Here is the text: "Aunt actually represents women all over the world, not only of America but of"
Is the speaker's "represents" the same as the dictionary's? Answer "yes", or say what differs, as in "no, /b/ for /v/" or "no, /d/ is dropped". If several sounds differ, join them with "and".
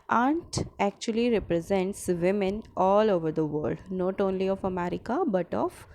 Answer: yes